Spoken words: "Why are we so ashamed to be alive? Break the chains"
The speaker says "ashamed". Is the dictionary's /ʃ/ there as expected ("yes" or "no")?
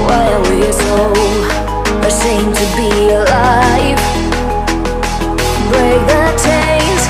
no